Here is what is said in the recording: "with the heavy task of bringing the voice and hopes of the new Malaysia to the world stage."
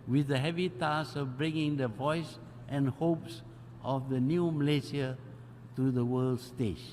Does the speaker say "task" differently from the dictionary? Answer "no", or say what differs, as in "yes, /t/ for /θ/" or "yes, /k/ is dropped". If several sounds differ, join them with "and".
yes, /k/ is dropped